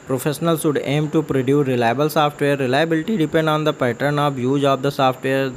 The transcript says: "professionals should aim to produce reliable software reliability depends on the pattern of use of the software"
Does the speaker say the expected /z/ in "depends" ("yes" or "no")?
no